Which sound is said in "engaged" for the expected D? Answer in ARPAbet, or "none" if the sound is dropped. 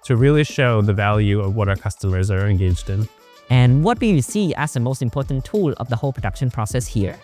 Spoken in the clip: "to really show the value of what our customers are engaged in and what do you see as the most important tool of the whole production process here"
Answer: D